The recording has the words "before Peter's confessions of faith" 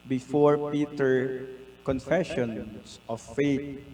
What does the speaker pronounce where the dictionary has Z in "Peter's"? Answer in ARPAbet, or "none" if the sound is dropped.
none